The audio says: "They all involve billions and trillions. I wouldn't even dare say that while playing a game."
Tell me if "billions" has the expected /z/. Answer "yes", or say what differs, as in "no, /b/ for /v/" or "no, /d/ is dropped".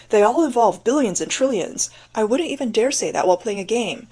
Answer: yes